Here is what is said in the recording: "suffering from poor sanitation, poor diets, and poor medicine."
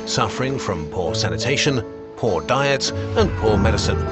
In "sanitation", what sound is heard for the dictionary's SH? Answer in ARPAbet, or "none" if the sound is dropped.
SH